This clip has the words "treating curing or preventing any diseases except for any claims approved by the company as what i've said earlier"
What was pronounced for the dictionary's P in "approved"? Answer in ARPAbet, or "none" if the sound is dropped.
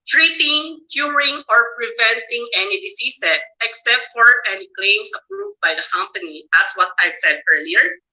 P